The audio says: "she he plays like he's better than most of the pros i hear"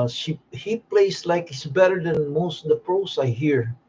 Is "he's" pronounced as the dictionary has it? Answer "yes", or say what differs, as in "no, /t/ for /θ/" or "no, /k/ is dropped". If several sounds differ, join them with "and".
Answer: no, /s/ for /z/